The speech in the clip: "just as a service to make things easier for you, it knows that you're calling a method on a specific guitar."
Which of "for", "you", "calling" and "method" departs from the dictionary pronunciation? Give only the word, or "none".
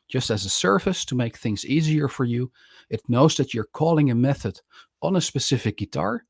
none